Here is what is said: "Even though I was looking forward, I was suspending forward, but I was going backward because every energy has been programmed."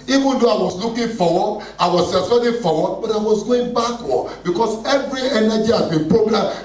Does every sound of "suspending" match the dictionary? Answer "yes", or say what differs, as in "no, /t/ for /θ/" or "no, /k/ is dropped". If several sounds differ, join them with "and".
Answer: no, /p/ is dropped